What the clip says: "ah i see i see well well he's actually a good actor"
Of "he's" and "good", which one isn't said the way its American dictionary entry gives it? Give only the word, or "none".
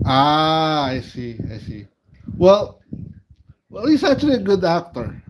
he's